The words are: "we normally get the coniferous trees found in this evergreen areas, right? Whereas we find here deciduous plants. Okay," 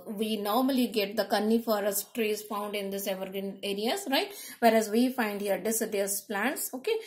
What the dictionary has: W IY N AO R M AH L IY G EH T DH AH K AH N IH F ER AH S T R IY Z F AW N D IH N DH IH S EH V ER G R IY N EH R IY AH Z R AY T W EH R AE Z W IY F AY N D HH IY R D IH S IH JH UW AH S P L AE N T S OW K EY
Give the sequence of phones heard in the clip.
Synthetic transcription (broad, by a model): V IY N AO R M AH L IY G EH T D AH K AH N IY F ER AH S T R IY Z F AW N D IH N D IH S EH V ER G IY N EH R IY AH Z R AY T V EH R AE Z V IY F AY N D HH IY R D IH S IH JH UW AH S P L AE N T S OW K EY